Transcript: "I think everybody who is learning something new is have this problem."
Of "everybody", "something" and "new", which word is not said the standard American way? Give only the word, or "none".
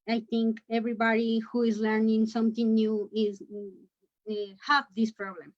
something